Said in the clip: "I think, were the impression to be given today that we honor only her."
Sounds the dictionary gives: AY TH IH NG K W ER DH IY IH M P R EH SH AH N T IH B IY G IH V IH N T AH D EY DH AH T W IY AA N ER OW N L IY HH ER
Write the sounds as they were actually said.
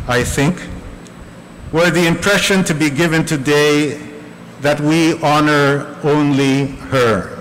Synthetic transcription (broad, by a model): AY TH IH NG K W ER DH IY IH M P R EH SH AH N T IH B IY G IH V IH N T AH D EY DH AH T W IY AA N ER OW N L IY HH ER